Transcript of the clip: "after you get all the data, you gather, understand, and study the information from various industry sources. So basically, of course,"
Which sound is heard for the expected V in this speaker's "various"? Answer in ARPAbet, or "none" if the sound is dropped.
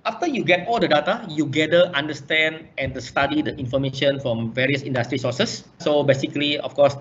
V